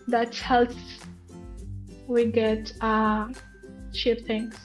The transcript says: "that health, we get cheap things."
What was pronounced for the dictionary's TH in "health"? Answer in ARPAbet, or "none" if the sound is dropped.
S